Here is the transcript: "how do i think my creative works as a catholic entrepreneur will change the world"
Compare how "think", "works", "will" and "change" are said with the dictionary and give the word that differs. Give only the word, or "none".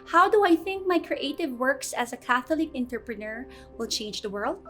none